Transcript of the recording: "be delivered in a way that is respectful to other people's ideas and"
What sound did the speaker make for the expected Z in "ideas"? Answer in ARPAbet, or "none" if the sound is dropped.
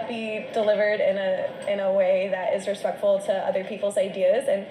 Z